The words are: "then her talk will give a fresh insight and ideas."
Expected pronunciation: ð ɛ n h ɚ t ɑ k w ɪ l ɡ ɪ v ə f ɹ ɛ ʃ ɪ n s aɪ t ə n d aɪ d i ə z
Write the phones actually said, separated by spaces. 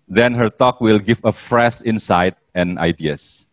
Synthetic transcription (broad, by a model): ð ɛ n h ɚ t ɑ k w ɪ l ɡ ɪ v ə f ɹ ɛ s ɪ n s aɪ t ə n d aɪ d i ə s